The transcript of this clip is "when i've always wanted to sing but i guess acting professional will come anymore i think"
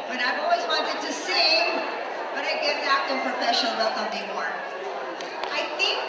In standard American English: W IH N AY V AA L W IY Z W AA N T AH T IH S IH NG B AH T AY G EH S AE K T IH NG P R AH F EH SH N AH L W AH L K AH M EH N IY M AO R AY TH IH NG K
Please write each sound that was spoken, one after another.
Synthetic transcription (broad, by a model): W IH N AY V AA L W IY Z W AA N T AH T IH S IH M B AH T AY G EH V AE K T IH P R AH F EH SH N L W AH L K AH M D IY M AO R AY TH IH NG K